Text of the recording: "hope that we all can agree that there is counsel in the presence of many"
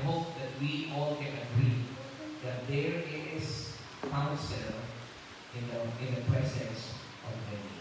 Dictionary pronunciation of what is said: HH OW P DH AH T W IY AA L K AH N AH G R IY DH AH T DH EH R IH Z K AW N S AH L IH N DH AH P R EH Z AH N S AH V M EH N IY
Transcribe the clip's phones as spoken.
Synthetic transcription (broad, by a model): HH OW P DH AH T W IY AA L K AH N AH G R IY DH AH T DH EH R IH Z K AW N S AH N IH N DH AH P R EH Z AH N S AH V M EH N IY